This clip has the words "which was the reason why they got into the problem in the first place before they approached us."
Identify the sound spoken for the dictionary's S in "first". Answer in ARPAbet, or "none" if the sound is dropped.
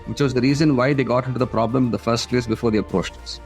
S